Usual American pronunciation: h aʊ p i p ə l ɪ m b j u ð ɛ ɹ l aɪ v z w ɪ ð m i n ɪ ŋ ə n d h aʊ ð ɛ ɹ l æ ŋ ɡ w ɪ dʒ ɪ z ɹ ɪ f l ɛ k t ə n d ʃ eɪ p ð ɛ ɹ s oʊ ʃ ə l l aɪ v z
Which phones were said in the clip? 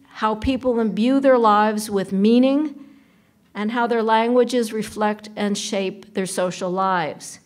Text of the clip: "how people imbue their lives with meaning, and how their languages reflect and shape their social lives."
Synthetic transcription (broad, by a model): h aʊ p i p l ɪ m b j u ð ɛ ɹ l aɪ v z w ɪ ð m i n ɪ ŋ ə n h aʊ ð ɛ ɹ l æ ŋ ɡ w ɪ dʒ ɪ z ɹ ɪ f l ɛ k t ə n ʃ eɪ p ð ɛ ɹ s oʊ ʃ l l aɪ v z